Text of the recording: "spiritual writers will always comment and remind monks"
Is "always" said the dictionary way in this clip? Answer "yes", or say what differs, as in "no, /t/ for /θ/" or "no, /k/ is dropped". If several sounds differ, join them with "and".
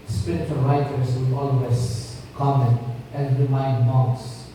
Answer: no, /s/ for /z/